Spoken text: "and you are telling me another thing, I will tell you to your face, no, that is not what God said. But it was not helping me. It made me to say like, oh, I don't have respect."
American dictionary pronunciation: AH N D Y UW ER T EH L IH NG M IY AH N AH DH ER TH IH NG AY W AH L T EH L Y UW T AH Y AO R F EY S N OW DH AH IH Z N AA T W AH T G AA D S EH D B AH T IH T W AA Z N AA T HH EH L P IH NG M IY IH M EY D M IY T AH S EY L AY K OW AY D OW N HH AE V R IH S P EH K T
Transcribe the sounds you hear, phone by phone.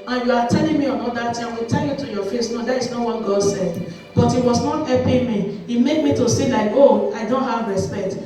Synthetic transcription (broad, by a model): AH N Y UW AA T EH L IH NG M IY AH N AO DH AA T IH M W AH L T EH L Y UW T AH Y AO F EY S N OW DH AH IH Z N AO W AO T G AA D S EH D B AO T IH T W AA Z N AA T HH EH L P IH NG M IY IH M EY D M IY T AH S EY L AY K OW AY D OW N HH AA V R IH S P EH K T